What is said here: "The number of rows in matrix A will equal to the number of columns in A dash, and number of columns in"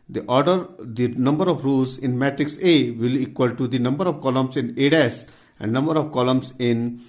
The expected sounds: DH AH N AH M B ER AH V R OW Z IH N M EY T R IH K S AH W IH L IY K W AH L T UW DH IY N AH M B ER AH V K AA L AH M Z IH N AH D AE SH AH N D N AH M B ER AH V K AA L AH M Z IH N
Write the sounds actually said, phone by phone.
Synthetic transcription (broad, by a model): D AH N AH M B ER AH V R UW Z IH N M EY T R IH K S AH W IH L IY K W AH L T UW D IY N AH M B ER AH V K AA L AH M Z IH N AH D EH S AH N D N AH M B ER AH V K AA L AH M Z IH N